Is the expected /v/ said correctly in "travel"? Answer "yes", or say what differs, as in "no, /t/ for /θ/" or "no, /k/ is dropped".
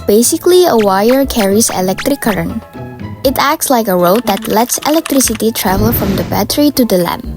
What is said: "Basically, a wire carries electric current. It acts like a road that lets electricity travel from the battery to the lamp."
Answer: yes